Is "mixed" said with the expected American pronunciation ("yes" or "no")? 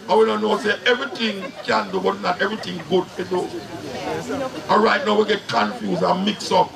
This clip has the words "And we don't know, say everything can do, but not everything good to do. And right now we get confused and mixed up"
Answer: no